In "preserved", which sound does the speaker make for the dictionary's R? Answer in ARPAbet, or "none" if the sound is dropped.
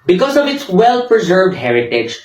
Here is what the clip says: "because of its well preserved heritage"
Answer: R